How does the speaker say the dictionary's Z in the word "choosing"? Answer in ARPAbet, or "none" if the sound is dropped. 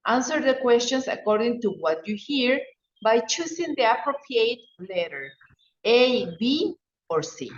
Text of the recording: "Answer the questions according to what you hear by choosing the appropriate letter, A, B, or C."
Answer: S